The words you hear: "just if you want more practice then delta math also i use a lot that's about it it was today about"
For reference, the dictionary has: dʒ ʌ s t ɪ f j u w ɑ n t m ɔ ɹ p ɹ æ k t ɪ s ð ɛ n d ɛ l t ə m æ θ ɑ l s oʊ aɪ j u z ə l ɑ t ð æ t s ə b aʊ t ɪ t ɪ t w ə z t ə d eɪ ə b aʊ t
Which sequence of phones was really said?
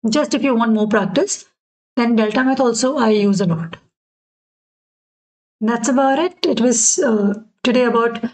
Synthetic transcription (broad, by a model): dʒ ʌ s t ɪ f j u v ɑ n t m ɔ ɹ p ɹ æ k t ɪ s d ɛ n d ɛ l t ə m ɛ t ɑ l s oʊ aɪ j u z ə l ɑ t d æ t s ə b aʊ t ɪ t ɪ t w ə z t ə d eɪ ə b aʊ t